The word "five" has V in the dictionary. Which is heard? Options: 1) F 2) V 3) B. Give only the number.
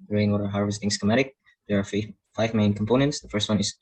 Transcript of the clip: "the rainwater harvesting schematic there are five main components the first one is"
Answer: 2